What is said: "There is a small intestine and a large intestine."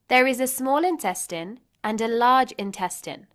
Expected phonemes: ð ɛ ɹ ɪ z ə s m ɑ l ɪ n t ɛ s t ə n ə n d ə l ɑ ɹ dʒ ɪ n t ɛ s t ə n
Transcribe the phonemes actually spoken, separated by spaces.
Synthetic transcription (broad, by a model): ð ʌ ɹ ɪ z ə s m ɑ l ɪ n t ɛ s t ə n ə n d ə l ɑ dʒ ɪ n t ɛ s t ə n